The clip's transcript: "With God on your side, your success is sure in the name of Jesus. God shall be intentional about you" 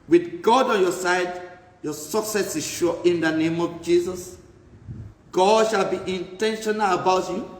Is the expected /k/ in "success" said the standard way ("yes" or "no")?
yes